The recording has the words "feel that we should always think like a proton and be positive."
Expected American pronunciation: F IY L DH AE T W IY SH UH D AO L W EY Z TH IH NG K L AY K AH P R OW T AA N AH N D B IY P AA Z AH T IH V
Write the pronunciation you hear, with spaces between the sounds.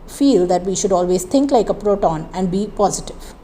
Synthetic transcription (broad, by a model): F IY L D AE T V IY SH UH D AO L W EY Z T IH NG K L AY K AH P R OW T AA N AH N D B IY P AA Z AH T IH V